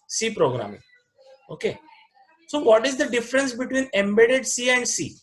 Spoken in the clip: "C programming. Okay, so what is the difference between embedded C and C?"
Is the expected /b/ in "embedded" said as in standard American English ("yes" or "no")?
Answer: yes